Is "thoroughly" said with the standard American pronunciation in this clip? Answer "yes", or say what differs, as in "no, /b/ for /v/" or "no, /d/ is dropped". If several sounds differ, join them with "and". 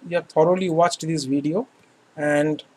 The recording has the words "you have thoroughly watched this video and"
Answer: no, /t/ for /θ/